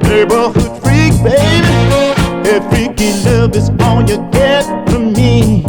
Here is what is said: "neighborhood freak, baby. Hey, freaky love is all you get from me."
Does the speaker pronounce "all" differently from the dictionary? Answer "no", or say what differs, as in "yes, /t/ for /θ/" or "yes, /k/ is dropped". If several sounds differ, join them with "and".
yes, /n/ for /l/